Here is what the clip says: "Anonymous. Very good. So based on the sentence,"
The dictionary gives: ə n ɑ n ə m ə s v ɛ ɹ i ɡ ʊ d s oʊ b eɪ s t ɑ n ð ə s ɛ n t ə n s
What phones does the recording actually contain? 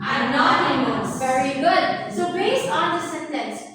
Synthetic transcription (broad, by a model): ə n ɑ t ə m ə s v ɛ ɹ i ɡ ʊ d s oʊ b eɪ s ɑ n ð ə s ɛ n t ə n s